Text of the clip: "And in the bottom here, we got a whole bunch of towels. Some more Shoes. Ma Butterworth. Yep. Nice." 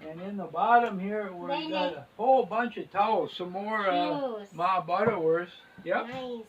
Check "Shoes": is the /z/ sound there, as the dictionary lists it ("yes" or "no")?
no